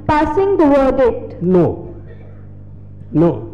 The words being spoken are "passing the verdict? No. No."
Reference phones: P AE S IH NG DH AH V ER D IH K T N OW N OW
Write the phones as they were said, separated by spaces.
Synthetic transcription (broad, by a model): P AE S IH NG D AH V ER D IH T N OW N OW